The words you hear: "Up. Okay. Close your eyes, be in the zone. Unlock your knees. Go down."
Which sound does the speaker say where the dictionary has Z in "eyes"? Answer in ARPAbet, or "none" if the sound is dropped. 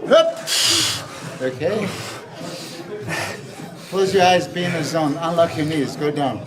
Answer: Z